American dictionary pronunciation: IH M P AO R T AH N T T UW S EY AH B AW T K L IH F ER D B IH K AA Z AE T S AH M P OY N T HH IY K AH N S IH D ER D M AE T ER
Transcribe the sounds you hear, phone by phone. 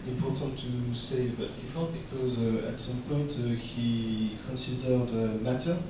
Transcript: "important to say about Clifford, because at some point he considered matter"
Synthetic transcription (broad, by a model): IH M P AO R T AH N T T UW S EY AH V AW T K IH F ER B IH K AA Z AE T S AH M P OY N T HH IY K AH N S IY D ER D M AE T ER